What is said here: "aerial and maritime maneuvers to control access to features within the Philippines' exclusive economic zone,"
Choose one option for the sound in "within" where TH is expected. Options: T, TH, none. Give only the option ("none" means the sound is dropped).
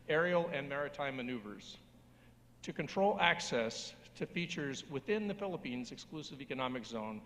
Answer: TH